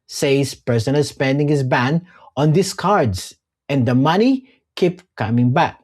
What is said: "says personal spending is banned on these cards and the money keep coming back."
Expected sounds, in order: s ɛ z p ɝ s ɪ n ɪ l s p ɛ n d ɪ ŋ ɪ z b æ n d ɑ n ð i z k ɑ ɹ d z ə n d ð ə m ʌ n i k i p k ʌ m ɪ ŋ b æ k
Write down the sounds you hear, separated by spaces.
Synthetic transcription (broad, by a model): s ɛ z p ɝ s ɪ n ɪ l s p ɛ n d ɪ ŋ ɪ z b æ n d ɑ n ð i s k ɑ ɹ d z ə n d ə m ʌ n i k i p k ʌ m ɪ ŋ b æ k